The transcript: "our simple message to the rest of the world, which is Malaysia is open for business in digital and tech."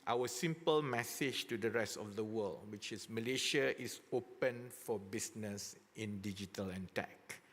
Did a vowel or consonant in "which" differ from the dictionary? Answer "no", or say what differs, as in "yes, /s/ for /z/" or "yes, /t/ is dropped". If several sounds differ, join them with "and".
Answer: no